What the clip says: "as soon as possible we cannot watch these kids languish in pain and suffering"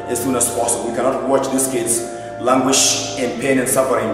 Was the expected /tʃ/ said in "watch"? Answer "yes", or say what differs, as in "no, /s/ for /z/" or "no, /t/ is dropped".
yes